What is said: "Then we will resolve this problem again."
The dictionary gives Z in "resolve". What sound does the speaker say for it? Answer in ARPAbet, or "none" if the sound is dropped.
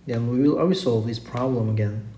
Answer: S